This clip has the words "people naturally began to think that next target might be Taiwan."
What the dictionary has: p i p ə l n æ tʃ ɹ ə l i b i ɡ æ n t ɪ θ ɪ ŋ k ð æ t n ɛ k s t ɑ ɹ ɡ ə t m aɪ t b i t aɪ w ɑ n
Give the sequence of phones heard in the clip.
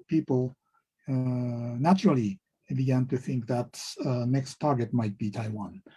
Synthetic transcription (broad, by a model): p i p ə l n æ tʃ ɹ ə l i b i ɡ æ n t ɪ θ ɪ ŋ k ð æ t n ɛ k s t ɑ ɹ ɡ ə t m aɪ t b i t aɪ w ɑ n